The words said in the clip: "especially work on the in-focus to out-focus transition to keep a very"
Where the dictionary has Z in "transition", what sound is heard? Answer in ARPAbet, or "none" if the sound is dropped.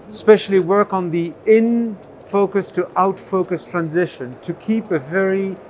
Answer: Z